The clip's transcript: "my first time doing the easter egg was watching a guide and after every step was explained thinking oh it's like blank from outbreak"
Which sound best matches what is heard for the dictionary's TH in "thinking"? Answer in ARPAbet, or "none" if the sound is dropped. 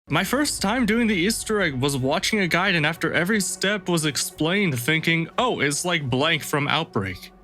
TH